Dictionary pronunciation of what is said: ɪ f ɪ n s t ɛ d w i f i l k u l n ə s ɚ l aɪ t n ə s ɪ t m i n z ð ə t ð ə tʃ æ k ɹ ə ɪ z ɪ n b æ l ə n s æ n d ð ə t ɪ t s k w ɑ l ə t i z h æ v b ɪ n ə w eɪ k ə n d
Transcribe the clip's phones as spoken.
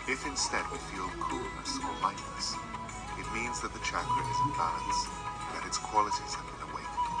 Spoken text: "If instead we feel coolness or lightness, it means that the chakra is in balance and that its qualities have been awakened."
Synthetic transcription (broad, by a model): ɪ f ɪ n s t ɛ d w i f i l k u l n ə s ɚ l aɪ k n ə s ɪ t m i n z ð ə t ð ə tʃ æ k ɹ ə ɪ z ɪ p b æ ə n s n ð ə t ɪ t s k w ɑ l ə t i z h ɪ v b ɪ n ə w eɪ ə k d